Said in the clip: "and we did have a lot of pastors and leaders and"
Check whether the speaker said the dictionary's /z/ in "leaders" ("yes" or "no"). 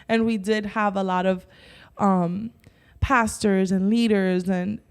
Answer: yes